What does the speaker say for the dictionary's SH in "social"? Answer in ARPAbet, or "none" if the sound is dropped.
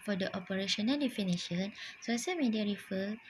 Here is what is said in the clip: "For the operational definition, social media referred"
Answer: S